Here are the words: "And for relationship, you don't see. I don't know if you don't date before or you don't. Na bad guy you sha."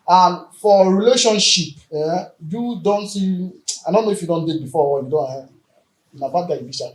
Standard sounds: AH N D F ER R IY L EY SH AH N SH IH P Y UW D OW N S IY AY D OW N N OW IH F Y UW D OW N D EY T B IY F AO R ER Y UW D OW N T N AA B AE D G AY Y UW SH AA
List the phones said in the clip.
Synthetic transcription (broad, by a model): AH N F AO R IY L EY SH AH N SH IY P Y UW D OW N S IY AY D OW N N OW IH F Y UW D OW N D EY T B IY F AO W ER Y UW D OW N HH N AA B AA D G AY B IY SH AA